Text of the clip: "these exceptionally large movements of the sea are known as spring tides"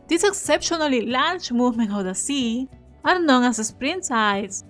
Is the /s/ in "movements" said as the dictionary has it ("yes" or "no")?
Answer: no